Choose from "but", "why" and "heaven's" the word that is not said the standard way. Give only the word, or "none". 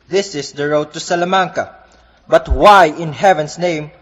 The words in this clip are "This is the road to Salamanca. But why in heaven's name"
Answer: heaven's